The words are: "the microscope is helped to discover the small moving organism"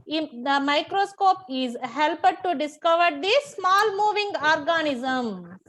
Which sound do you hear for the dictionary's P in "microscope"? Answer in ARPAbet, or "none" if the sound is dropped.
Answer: P